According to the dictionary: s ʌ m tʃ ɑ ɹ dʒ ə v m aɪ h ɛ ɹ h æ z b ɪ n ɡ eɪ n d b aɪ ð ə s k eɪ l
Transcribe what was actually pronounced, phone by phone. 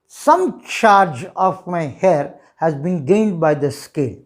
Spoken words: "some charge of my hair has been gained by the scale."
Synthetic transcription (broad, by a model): s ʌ m tʃ ɑ ɹ dʒ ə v m aɪ h ɛ ɹ h æ z b ɪ n ɡ eɪ n d b aɪ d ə s k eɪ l